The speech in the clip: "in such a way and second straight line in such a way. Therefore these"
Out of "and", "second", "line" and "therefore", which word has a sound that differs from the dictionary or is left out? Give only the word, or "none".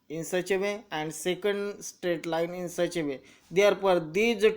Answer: therefore